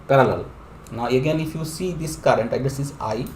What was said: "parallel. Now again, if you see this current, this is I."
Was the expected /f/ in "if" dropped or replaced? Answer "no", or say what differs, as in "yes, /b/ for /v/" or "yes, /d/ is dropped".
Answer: no